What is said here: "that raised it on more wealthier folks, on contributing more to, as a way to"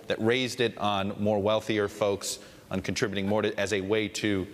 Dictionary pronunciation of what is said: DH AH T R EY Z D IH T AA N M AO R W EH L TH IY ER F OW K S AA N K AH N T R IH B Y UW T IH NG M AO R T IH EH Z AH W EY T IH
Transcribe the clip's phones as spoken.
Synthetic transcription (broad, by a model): DH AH T R EY Z D IH T N M AO R W EH L TH IY ER F OW K S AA N K N T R IH B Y T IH NG M AO R T IH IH Z AH W EY T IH